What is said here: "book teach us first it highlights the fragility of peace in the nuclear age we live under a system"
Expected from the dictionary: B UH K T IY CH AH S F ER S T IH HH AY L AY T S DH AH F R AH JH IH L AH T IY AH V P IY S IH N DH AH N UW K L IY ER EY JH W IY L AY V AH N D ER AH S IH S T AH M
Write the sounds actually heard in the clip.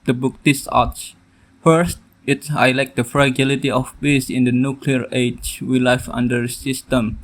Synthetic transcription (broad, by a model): B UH K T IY S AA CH F ER S T IH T AY L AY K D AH F R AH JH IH L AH T IY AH F P IY S IH N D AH N UW K L IY ER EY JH W IY L AY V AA N D ER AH S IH S T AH M